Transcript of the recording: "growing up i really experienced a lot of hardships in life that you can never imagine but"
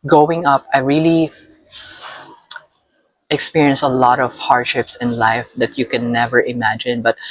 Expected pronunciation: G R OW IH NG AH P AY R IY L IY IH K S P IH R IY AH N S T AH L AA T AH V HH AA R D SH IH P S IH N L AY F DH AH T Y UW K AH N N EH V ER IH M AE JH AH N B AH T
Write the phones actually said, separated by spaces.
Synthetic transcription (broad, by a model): G OW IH NG AH P AY R IY L IY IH K S P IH R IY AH N S AH L AA T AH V HH AA R D SH IH P S IH N L AY F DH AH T Y UW K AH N N EH V ER IH M AE JH AH N B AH T